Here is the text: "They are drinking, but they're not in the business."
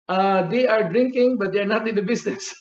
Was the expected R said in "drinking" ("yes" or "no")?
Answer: yes